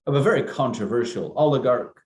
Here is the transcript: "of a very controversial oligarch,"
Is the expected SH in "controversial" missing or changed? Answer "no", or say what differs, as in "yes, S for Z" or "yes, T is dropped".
no